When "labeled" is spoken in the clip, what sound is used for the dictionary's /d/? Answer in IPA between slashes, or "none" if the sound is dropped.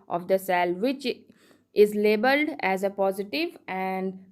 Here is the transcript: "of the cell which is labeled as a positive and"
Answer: /d/